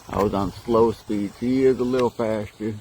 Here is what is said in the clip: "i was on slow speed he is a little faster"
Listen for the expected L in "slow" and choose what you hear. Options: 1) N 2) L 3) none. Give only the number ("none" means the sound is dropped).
2